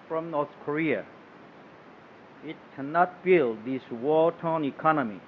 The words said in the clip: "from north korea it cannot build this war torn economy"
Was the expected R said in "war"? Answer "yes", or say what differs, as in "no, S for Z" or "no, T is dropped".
no, L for R